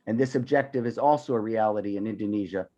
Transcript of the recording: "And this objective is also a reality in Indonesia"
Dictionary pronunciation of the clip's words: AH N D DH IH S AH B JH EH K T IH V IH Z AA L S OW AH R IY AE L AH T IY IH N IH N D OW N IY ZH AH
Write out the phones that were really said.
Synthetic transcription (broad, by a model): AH N DH IH S AH B JH EH K T IH V IH Z AA L S OW AH R IY AE L AH T IY IH N IH N D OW N IY ZH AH